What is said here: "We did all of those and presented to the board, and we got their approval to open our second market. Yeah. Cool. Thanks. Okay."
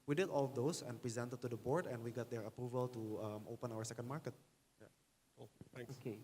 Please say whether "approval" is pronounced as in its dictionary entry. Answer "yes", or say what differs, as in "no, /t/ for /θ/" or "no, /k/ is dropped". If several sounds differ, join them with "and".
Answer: yes